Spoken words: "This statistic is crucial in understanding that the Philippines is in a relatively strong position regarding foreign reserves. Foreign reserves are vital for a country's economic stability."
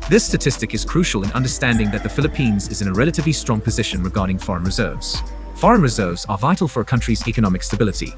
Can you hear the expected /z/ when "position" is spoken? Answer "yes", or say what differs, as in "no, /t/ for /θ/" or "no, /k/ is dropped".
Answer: yes